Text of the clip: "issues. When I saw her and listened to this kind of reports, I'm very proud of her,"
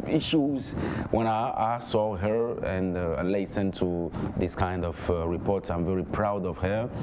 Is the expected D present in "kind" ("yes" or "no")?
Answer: yes